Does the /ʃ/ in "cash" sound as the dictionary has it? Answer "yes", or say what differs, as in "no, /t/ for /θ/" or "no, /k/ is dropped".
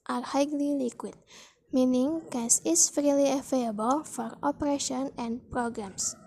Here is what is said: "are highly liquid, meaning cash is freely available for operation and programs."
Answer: no, /s/ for /ʃ/